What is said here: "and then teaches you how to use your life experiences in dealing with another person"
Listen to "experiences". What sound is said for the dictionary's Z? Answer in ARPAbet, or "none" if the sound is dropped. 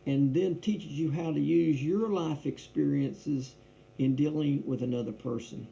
Z